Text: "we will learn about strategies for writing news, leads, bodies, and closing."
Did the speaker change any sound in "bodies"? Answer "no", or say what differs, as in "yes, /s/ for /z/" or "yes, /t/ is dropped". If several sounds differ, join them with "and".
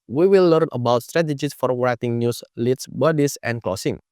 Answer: yes, /s/ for /z/